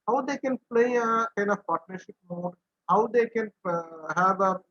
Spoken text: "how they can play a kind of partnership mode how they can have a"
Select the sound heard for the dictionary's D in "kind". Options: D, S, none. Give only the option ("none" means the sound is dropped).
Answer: none